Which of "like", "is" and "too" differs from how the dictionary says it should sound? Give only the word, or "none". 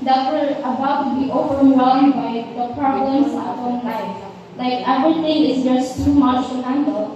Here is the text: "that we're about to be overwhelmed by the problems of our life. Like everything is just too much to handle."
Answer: is